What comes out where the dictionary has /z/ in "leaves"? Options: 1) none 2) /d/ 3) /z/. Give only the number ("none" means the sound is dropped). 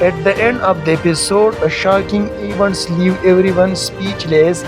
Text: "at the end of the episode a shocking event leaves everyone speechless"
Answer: 1